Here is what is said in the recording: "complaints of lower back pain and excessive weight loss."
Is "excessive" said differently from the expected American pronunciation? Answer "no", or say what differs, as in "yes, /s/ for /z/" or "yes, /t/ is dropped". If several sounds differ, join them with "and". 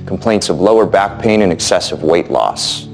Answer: no